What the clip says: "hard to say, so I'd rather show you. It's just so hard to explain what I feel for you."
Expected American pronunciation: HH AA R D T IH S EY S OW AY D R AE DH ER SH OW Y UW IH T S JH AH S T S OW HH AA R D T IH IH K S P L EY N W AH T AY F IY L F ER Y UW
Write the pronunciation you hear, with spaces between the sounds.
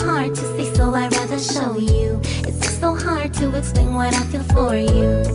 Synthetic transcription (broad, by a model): HH AA R D T IH S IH S OW AY R AE DH ER SH OW Y UW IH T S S S OW HH AA R D T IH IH S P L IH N W AH T AY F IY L F ER Y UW